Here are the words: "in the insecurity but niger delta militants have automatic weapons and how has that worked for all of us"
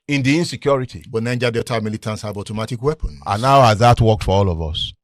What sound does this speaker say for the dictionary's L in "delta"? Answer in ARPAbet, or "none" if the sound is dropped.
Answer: none